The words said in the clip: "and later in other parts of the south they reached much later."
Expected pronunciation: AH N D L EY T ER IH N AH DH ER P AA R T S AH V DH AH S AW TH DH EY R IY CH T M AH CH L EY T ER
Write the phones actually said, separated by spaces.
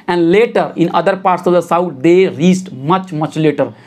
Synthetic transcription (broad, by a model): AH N D L EY T ER IH N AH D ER P AA R T S AH V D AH S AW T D EY R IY S T M AH CH L EY T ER